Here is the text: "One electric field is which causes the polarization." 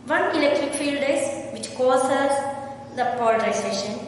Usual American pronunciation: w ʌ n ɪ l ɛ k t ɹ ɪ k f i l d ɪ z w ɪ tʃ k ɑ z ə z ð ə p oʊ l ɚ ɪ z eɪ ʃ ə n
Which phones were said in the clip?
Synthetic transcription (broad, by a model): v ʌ n ɪ l ɛ k t ɹ ɪ k f i l d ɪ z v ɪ tʃ k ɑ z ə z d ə p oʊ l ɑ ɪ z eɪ ʃ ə n